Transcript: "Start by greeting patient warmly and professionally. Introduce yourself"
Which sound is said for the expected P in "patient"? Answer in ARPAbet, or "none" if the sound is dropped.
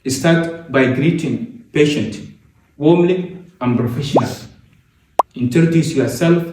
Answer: P